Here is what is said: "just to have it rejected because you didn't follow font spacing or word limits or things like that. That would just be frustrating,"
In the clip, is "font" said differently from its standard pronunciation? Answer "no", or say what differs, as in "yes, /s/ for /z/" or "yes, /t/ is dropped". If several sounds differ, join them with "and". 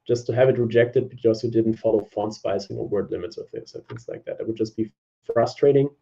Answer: no